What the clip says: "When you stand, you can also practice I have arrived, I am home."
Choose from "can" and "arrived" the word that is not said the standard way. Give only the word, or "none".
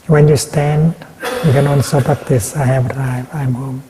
arrived